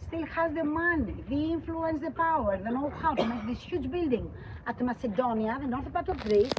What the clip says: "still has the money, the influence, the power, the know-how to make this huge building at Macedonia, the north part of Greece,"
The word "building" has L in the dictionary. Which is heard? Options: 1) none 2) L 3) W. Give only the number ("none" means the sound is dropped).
2